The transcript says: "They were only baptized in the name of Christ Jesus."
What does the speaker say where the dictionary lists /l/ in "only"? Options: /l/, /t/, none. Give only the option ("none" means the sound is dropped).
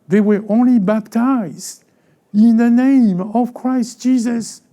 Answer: /l/